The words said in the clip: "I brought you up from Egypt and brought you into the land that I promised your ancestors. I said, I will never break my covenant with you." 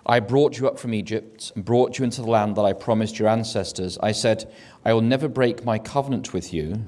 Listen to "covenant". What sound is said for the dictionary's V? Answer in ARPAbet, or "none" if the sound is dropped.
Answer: V